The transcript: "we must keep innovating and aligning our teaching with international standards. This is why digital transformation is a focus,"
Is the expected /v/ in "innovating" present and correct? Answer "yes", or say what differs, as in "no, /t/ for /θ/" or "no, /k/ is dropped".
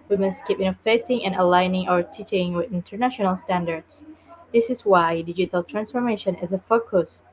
no, /f/ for /v/